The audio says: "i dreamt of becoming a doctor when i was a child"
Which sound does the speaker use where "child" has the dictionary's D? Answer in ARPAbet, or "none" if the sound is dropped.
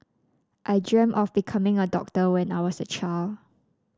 none